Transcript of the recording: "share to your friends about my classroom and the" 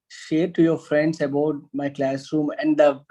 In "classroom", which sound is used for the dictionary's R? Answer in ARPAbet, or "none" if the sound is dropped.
R